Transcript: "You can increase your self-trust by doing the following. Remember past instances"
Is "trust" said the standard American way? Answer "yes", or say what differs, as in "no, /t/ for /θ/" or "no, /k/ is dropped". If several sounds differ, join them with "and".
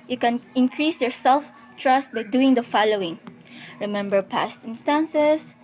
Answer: yes